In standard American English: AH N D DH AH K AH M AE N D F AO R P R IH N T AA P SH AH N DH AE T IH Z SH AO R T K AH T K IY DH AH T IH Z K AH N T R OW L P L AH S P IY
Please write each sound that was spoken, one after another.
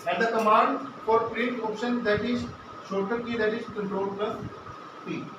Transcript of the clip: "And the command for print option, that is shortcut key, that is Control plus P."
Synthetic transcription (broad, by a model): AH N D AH K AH M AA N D F AO R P R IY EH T AA P SH AH N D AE T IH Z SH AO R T AH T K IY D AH T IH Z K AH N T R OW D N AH P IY